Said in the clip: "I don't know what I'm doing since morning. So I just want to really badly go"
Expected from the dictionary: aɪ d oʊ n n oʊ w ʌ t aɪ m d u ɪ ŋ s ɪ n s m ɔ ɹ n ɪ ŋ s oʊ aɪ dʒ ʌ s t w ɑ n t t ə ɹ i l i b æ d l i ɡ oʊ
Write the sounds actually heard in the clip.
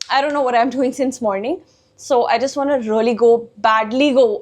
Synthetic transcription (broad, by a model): aɪ d oʊ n n oʊ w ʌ t aɪ m d u ɪ ŋ s ɪ n s m ɔ ɹ n ɪ ŋ s oʊ aɪ dʒ ʌ s t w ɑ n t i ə l i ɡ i b æ d l i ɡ oʊ